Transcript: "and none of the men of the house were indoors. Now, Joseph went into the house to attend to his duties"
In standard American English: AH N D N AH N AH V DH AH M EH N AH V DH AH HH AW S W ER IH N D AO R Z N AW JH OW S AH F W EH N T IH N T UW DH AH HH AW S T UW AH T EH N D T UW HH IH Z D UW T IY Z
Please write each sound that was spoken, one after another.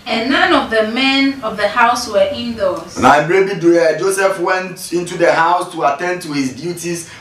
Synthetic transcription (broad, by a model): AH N N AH N AH V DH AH M EH N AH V DH AH HH AW S W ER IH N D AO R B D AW JH OW S AH F W EH N T IH N T UW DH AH HH AW S T UW AH T EH N D T UW HH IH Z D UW T IY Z